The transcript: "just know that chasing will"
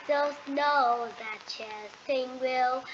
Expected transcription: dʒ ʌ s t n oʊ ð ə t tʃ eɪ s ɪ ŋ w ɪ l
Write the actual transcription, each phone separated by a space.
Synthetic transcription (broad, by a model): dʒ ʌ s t n oʊ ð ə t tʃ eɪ θ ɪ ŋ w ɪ l